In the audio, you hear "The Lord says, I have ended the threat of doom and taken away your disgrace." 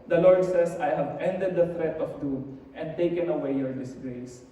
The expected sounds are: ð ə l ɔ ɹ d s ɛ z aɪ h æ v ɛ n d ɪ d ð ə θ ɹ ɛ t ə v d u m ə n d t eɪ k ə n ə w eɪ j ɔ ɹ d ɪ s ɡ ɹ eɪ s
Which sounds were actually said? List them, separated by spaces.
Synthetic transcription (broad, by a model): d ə l ɔ ɹ d s ɛ s aɪ h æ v ɛ n d ɪ d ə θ ɹ ɛ t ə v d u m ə n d t eɪ k ə n ə w eɪ j ɔ ɹ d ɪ s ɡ ɹ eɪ s